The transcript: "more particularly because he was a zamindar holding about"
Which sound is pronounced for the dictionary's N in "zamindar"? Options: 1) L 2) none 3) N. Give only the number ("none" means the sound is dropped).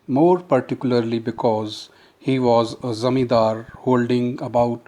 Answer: 2